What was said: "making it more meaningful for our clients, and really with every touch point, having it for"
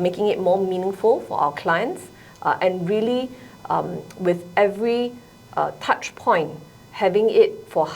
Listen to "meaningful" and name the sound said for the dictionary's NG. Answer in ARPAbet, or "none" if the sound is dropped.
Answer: NG